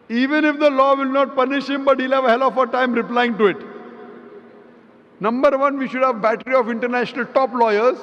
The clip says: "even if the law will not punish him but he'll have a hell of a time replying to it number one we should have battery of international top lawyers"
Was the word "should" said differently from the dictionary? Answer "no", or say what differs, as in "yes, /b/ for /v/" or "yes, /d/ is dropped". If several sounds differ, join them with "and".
no